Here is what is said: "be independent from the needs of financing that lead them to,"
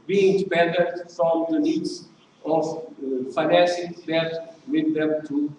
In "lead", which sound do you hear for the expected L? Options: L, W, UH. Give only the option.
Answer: W